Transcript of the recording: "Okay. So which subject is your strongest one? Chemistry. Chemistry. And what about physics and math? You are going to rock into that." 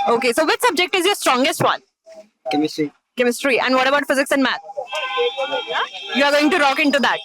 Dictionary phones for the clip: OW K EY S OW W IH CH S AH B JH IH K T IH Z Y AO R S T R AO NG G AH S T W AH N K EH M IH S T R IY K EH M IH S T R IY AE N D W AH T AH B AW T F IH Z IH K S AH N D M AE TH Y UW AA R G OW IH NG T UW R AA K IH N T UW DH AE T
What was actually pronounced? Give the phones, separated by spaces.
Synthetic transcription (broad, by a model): OW K EY S OW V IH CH S AH B JH IH K T IH Z Y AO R S T R AO NG G AH S T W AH N K EH M IH S T R IY K EH M IH S T R IY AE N D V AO T AH B AW T F IH Z IH K S AH N D M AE T Y UW AA R G OW IH NG T UW R AA K IH N T UW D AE T